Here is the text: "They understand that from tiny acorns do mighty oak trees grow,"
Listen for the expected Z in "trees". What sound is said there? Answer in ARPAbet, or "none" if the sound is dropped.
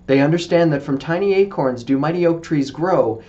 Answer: Z